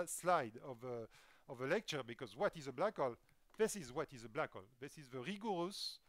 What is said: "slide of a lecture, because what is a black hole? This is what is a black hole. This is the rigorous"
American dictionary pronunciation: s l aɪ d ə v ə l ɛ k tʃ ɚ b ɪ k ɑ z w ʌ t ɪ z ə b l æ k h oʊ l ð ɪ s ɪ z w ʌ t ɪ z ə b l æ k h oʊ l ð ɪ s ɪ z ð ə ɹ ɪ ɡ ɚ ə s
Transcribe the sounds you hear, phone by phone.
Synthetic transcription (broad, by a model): s l aɪ d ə v ə l ɛ k tʃ ɚ b ɪ k ɑ z w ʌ t ɪ z ə b l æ k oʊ l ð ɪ s ɪ z w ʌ t ɪ z ə b l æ k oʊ l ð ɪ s ɪ z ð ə ɹ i ɡ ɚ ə s